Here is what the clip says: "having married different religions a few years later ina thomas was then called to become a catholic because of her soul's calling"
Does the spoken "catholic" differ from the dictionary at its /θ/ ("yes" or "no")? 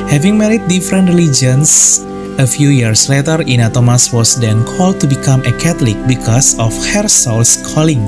yes